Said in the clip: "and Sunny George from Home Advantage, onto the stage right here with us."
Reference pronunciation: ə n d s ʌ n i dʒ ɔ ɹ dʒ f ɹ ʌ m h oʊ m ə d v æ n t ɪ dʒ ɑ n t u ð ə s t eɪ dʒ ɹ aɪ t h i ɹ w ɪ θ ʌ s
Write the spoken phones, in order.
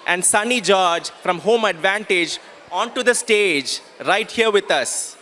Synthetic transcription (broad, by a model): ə n d s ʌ n i dʒ ɔ ɹ dʒ f ɹ ʌ m h oʊ m ə d v æ n t ɪ dʒ ɑ n t u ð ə s t eɪ dʒ ɹ aɪ t h i ɹ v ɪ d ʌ s